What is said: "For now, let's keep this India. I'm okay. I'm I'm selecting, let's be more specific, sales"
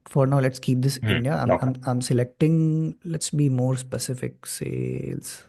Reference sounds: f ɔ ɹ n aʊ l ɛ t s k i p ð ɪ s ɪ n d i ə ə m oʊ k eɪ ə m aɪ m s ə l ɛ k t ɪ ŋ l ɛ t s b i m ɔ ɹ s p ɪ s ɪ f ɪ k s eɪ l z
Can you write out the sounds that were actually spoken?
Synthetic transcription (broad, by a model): f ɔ ɹ n aʊ l ɛ t s k i p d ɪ s ɪ n d i ə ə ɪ ɑ ə m aɪ m s ə l ɛ k t ɪ ŋ l ɛ t s b i m ɔ ɹ s p ɪ s ɪ f ɪ k s eɪ l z